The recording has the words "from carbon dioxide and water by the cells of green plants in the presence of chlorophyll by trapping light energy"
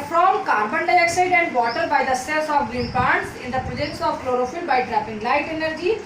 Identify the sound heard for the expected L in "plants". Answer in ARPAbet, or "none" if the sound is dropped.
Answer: none